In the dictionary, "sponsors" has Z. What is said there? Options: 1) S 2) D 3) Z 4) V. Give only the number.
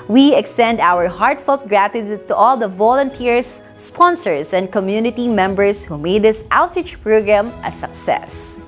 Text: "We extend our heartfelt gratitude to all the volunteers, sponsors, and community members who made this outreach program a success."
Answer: 1